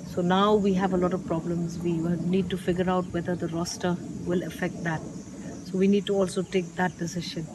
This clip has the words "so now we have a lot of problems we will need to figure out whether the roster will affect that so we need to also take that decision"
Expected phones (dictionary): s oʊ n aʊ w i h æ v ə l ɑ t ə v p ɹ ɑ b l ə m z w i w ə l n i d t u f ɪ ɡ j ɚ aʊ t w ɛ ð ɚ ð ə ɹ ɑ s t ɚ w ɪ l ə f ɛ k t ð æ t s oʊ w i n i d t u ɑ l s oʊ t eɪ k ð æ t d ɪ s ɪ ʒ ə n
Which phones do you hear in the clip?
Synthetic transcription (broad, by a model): s oʊ n aʊ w i h æ v ə l ɑ t ə v p ɹ ɑ b l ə m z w i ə n i d t u f ɪ ɡ j ɚ aʊ t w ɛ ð ɚ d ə ɹ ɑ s t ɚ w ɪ l ə f ɛ k t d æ t s oʊ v i n i d t u ɑ l s oʊ t eɪ k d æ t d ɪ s ɪ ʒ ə n